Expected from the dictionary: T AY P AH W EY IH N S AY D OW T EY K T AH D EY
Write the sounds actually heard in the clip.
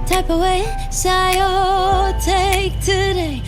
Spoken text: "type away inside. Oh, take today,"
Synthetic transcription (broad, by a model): T AY P AH W EY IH S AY OW T EY K T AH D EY